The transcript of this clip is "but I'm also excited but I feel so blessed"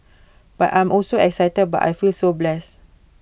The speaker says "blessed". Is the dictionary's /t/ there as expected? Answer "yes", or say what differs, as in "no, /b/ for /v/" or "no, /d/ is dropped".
no, /t/ is dropped